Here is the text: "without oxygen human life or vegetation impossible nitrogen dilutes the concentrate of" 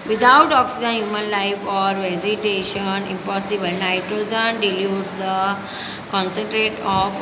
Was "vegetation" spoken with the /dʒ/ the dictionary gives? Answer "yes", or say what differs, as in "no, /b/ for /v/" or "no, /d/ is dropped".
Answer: no, /z/ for /dʒ/